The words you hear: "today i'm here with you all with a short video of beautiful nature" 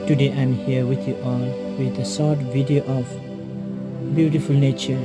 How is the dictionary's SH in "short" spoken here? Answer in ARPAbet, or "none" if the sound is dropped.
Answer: S